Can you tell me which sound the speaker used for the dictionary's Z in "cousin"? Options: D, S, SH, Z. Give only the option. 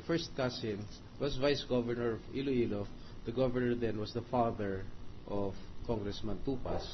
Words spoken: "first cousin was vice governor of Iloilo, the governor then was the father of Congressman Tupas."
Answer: S